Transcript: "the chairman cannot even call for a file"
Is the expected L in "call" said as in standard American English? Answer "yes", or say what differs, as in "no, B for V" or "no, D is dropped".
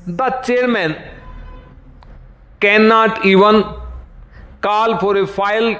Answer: yes